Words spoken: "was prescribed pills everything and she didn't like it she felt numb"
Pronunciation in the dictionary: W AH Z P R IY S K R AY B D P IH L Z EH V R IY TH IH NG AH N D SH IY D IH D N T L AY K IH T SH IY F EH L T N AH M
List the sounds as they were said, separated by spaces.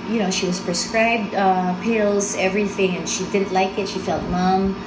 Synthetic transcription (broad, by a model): W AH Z P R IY S K R AY B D P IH L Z EH V R IY TH IH NG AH N SH IY D IH D N T L AY K IH T SH IY F EH L T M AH M